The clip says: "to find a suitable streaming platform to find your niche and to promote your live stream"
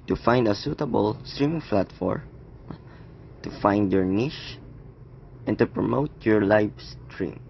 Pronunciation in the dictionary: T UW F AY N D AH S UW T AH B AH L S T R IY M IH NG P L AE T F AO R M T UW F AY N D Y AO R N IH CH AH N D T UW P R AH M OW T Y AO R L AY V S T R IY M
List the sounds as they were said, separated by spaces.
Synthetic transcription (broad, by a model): T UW F AY N D AH S UW T AH B AH L S T R IY M IH NG F L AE T F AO R T UW F AY N D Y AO R N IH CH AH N T UW P R AH M OW T Y AO R L AY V S T R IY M